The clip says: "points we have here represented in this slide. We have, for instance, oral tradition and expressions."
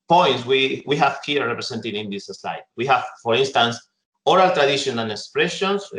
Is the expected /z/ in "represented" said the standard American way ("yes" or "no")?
no